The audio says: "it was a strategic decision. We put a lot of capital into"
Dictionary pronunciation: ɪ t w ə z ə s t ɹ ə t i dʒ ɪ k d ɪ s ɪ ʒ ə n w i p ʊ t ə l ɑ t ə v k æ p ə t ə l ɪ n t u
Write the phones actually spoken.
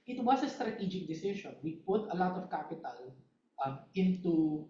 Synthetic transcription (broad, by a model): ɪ t w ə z ə s t ɹ ə t i dʒ ɪ k d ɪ s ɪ ʃ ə n w i p ʊ t ə l ɑ t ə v k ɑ p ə t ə l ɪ n t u